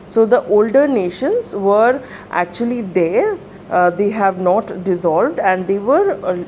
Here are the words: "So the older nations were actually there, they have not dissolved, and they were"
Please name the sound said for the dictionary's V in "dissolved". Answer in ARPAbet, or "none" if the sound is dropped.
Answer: V